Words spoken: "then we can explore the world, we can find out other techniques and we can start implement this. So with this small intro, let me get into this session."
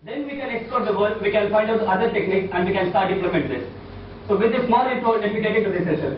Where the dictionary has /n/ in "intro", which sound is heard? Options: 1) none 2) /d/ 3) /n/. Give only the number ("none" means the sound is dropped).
1